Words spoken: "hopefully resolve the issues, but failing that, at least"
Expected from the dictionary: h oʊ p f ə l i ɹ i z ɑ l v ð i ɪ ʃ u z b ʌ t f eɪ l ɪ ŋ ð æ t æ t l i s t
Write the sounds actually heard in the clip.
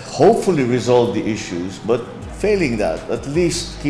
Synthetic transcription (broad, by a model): h oʊ p f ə l i ɹ i z ɑ l v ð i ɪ ʃ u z b ʌ t f eɪ l ɪ ŋ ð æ t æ t l i s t